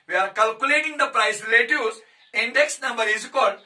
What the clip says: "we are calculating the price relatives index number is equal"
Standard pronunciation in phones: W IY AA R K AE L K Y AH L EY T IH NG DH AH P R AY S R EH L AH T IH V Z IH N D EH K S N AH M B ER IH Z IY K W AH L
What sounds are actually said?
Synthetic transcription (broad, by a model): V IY AA R K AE L K Y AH L EY T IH NG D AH P R AY S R L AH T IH Z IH N D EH K S N AH M B ER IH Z K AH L